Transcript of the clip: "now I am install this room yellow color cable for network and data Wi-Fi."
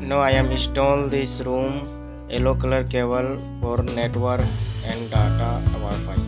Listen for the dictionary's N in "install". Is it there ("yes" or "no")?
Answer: no